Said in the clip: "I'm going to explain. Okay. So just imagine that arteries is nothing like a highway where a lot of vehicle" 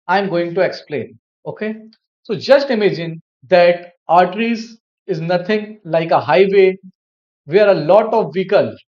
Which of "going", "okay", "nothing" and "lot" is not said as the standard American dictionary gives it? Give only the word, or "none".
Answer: nothing